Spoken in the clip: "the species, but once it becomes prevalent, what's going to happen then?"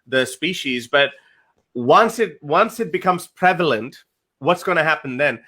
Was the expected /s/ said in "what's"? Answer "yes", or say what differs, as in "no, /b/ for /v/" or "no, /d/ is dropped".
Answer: yes